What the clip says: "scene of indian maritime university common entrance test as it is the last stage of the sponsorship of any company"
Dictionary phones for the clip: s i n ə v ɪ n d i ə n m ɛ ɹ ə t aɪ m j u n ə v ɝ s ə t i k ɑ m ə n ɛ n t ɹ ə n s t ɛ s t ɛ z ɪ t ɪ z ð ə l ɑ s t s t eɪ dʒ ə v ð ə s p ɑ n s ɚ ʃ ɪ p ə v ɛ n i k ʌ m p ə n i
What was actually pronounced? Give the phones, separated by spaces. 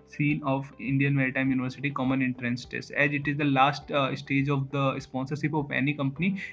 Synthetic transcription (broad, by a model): s i n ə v ɪ n d i ə n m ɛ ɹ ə t aɪ m j u n ə v ɝ s ə t i k ɑ m ə n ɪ n t ɹ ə n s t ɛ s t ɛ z ɪ t ɪ z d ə l ɑ s t s t eɪ dʒ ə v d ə s p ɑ n s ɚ s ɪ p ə p ɛ n i k ʌ m p ə n i